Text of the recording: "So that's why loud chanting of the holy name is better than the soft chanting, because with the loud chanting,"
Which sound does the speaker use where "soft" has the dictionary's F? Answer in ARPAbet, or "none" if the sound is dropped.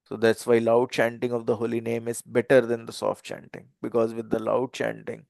F